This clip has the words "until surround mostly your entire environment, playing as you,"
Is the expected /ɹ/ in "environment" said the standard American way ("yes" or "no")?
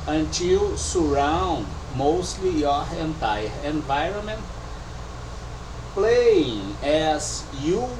yes